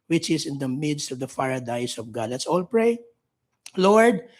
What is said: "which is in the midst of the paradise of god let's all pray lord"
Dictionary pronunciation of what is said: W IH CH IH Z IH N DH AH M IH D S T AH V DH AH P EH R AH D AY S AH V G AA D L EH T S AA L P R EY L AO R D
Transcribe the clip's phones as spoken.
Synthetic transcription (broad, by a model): W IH CH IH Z IH N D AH M IH D S T AH V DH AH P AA R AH D AY S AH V G AA D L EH T S AA L P R EY L AO R D